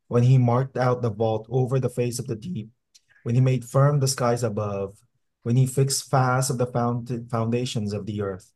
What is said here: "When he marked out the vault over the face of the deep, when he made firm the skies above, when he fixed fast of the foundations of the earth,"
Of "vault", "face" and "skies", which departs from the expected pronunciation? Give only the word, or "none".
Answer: none